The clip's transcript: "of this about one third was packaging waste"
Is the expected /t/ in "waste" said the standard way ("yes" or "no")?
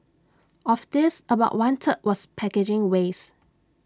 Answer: no